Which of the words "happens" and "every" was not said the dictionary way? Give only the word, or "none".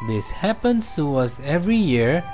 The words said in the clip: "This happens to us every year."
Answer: happens